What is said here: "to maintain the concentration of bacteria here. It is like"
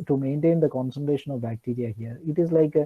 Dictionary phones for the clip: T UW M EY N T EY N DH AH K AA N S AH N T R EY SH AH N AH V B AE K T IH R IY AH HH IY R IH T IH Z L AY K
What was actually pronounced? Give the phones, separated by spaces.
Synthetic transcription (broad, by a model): T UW M EY N T EY N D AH K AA N S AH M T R EY SH AH N AH V B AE K T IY R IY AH HH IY R IH T IH Z L AY K